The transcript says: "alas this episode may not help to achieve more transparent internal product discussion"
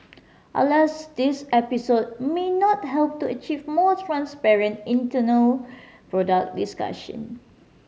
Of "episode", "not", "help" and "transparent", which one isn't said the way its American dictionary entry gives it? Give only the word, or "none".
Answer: none